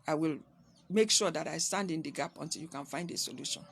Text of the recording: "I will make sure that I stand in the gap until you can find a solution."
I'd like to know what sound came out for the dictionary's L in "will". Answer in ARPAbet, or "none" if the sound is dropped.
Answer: L